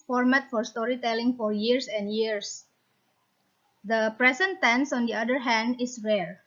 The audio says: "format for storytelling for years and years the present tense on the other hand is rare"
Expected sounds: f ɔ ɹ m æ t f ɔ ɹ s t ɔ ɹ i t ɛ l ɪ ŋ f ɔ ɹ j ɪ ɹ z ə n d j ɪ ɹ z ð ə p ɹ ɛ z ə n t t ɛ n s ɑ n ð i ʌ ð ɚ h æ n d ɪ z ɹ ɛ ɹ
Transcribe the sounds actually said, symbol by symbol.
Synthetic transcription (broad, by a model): f ɔ ɹ m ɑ t f ɔ ɹ s t ɔ ɹ i t ɛ l ɪ ŋ f ɔ ɹ j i ɹ s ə n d j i ɹ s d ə p ɹ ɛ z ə n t t ɛ n s ɑ n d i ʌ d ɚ h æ n d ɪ s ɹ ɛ ɹ